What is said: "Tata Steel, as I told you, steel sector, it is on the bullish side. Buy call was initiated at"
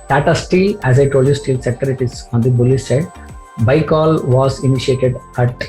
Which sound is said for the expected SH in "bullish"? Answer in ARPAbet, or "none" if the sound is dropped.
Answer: S